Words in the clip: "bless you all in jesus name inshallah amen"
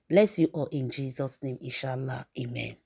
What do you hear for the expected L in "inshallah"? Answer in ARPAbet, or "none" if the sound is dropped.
L